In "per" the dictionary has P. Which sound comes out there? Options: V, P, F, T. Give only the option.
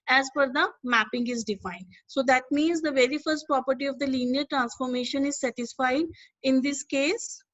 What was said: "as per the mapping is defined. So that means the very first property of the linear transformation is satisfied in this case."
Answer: F